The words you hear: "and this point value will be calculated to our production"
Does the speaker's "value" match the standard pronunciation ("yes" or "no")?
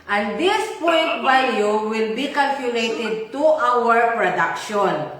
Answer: no